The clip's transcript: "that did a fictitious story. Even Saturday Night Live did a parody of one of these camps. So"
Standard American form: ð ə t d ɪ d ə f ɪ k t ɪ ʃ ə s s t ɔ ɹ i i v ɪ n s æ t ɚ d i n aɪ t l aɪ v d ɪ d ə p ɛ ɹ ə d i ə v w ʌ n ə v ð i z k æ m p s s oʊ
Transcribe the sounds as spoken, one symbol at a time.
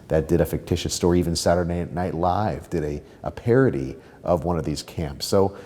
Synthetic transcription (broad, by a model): ð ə t d ɪ d ə f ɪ k t ɪ ʃ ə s s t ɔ ɹ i i v ɪ n s æ t ɚ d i n aɪ t l aɪ v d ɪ d ə p ɛ ɹ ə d i ə v w ʌ n ə v ð i z k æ m p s s oʊ